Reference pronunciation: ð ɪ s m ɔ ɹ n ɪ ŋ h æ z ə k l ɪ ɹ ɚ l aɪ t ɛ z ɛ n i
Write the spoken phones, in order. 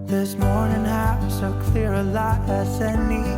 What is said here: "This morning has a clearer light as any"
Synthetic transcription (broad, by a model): ð ɪ s m ɔ ɹ n ɪ ŋ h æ s ə k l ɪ ɹ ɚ l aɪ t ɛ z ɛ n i